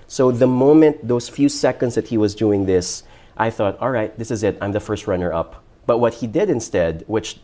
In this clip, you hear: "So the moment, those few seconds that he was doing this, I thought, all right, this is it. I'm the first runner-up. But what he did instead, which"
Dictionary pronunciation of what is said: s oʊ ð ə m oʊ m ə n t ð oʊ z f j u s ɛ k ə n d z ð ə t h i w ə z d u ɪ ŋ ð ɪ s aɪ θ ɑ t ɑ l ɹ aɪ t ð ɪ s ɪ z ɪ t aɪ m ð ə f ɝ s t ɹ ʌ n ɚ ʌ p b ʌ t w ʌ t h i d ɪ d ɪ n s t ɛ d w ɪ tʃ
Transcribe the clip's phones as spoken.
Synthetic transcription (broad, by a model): s oʊ ð ə m oʊ m ə n t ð oʊ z f j u s ɛ k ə n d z ð ə t h i w ə z d u ɪ ŋ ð ɪ s aɪ θ ɑ t ɑ l ɹ aɪ t ð ɪ s ɪ z ɪ t aɪ m ð ə f ɝ s t ɹ ʌ n ɚ ʌ p b ʌ t w ʌ t h i d ɪ d ɪ n s t ɛ d w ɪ tʃ